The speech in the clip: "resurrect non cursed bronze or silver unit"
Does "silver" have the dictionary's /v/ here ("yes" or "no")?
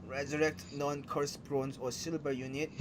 no